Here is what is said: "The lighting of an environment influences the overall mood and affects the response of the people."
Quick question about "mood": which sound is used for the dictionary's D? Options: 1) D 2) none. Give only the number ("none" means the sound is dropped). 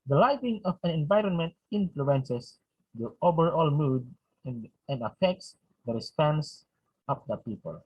1